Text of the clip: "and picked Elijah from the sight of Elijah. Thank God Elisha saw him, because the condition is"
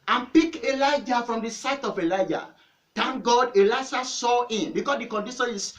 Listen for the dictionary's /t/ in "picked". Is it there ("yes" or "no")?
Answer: no